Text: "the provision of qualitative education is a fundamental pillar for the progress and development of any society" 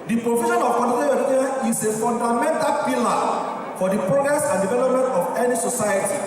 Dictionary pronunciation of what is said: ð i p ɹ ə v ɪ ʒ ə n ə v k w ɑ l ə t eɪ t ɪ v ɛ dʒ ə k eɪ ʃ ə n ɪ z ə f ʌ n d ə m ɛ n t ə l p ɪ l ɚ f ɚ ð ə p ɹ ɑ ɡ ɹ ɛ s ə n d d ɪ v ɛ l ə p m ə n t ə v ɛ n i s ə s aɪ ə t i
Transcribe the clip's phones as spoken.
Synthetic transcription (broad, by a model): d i p ɹ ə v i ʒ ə n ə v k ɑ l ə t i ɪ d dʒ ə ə ɪ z ə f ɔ n d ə m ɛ n t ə l p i l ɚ f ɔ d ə p ɹ ɑ ɡ ɹ ɛ s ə n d d ɪ v ɛ l ə p m ə n t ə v ɛ n i s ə s aɪ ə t i